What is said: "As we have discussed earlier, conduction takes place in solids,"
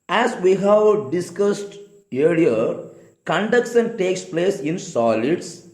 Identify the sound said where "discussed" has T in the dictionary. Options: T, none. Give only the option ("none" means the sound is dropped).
T